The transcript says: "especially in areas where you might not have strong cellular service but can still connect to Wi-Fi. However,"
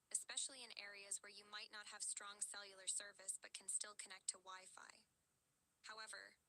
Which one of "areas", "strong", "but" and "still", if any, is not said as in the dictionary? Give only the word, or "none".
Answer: none